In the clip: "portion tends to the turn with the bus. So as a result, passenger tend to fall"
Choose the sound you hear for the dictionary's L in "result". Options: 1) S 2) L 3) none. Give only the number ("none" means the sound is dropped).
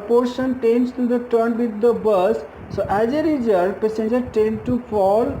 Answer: 3